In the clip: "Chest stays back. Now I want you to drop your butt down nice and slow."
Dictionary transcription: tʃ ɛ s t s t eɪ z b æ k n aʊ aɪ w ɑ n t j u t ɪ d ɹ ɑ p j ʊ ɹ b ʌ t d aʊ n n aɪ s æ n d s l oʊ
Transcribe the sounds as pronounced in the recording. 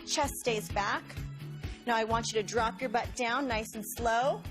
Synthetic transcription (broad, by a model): tʃ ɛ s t s t eɪ z b æ k n aʊ aɪ w ɑ n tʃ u t ɪ d ɹ ɑ p j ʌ ɹ b ʌ t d aʊ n n aɪ s n s l oʊ